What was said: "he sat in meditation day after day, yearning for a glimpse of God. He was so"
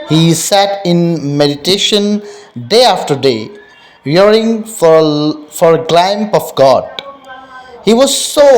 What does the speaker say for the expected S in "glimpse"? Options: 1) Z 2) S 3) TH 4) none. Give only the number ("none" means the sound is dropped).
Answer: 4